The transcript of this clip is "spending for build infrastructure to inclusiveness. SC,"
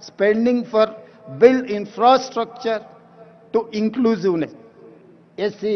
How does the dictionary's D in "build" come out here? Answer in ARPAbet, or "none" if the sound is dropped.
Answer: none